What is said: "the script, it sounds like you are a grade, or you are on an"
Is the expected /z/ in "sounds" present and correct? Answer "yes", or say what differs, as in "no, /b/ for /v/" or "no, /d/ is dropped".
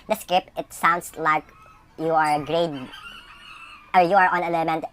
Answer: no, /s/ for /z/